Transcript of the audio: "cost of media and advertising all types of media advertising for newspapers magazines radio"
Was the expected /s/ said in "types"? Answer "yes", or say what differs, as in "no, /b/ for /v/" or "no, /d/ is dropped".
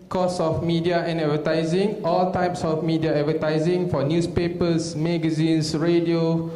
yes